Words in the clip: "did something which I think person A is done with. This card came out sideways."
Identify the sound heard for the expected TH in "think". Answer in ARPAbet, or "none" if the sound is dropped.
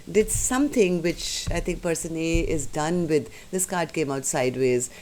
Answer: T